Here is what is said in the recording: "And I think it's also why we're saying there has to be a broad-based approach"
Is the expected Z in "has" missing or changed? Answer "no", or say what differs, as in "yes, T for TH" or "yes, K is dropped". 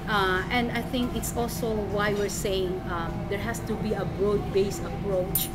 yes, S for Z